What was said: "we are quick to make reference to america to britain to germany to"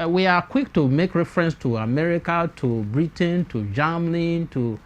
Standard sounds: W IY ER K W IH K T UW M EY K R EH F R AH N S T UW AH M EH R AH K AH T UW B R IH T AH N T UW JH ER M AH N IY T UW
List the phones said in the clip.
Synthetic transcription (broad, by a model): W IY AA K W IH K T UW M EY K R EH F R AH N S T UW AH M EH R AH K AH T UW B R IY T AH N T UW JH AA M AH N T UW